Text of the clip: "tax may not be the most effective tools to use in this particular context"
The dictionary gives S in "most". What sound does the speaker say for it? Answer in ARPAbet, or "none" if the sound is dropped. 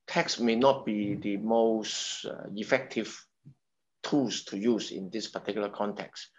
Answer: S